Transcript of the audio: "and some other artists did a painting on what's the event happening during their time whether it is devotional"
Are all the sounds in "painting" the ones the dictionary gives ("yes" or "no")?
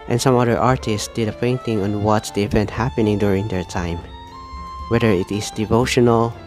no